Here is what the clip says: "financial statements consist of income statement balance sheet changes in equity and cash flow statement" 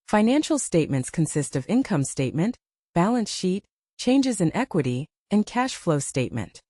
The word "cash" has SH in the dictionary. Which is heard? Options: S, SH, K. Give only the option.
SH